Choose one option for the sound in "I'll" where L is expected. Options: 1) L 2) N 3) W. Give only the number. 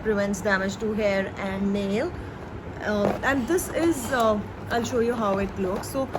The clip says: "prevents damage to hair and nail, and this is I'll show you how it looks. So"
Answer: 1